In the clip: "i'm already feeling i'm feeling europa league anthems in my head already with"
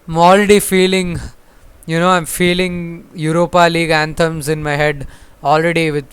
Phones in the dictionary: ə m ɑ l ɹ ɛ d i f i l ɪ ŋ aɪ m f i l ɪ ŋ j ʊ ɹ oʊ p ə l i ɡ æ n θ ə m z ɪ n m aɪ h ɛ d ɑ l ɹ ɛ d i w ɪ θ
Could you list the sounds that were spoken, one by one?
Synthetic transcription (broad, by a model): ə m ɑ l ɹ ɛ d i f i l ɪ ŋ aɪ m f i l ɪ ŋ j ʊ ɹ oʊ p ə l i ɡ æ n t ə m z ɪ n m aɪ h ɛ d ɑ l ɹ ɛ d i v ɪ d